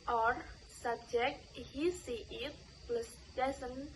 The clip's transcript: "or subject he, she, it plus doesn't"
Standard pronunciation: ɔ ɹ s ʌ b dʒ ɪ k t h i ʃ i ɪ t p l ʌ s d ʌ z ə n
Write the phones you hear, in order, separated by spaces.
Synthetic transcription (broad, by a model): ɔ ɹ s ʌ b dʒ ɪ k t h i s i ɪ t p l ʌ s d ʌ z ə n